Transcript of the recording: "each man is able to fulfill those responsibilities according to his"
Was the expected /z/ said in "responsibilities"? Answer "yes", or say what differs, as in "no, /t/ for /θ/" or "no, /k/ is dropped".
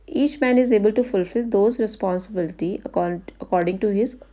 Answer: no, /z/ is dropped